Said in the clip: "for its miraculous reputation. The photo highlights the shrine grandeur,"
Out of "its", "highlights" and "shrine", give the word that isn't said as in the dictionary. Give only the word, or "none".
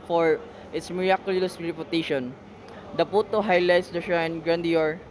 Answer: shrine